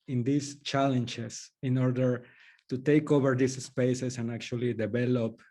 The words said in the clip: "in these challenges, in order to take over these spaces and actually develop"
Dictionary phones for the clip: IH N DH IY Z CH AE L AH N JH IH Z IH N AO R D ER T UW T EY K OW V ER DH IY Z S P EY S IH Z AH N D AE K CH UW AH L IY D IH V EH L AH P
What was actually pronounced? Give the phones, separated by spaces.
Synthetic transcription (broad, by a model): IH N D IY S CH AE L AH N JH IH S IH N AO R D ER T UW T EY K OW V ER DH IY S S P EY S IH S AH N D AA K CH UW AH L IY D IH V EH L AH P